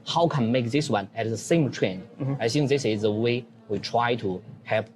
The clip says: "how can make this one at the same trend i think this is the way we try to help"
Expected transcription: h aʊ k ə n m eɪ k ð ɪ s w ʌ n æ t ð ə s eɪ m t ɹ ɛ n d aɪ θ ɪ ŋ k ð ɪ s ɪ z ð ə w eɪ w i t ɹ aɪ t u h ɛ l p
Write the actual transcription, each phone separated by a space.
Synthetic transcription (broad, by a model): h aʊ k ə n m eɪ k ð ɪ s w ʌ n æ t ð ə s eɪ m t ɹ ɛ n aɪ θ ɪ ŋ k ð ɪ s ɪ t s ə w eɪ w i t ɹ aɪ t u h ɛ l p